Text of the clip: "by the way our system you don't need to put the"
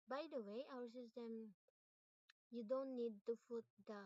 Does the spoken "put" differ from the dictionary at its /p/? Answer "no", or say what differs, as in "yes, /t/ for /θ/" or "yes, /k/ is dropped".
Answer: yes, /f/ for /p/